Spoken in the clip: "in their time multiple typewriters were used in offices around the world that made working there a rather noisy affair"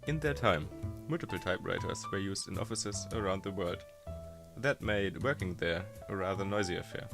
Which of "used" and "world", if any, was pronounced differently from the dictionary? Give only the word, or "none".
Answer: none